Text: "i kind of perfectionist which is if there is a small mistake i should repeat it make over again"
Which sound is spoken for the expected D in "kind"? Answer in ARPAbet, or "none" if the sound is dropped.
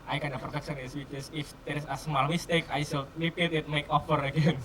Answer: none